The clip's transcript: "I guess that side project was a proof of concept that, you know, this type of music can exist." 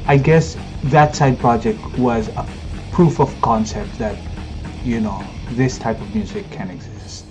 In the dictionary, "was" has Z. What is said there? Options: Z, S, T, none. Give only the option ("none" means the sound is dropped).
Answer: Z